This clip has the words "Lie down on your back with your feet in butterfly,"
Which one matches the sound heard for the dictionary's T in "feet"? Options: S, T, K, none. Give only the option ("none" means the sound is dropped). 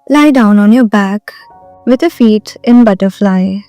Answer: T